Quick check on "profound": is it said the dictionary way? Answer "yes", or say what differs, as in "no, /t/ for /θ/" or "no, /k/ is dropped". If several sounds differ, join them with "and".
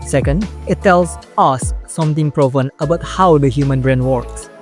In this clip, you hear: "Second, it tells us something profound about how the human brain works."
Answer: no, /d/ is dropped